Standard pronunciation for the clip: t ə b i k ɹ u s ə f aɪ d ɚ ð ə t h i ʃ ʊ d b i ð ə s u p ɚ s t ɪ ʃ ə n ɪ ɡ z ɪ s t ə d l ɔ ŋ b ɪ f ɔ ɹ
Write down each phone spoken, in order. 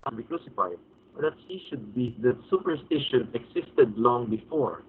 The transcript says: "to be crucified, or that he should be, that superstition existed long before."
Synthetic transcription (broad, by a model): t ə b i k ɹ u s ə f aɪ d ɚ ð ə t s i ʃ ʊ d b i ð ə s u p ɚ s t ɪ ʃ ə n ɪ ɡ s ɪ s t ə d l ɔ ŋ b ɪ f ɔ ɹ